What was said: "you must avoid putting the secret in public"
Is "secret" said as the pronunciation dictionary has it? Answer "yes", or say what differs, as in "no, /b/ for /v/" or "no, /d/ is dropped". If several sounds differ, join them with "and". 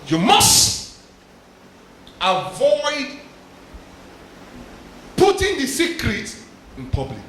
yes